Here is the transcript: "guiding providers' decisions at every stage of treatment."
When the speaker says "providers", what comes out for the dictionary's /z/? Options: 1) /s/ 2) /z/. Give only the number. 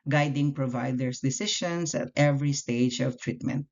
1